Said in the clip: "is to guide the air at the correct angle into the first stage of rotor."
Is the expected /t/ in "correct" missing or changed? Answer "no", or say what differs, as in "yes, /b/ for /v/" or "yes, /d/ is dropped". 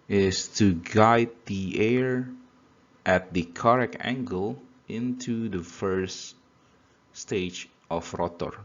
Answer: yes, /t/ is dropped